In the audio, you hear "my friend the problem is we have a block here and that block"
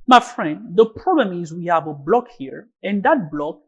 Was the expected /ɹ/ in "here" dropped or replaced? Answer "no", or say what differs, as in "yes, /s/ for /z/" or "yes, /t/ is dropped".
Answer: no